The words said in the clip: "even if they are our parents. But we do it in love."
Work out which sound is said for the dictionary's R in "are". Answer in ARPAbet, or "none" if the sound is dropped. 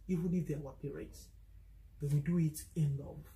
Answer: W